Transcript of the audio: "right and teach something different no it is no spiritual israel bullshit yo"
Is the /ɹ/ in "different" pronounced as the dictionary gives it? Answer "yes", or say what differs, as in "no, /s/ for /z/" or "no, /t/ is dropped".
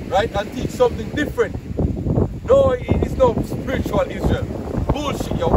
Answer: yes